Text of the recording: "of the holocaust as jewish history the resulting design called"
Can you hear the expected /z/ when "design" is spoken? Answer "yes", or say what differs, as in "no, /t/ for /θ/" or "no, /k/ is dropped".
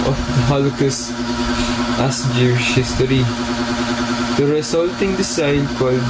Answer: no, /s/ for /z/